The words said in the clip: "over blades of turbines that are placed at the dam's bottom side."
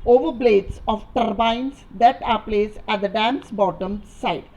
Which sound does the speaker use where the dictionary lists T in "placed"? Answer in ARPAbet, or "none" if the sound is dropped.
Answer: none